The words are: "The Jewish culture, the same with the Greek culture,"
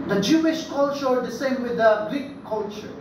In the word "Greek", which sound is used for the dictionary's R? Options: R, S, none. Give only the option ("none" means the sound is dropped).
none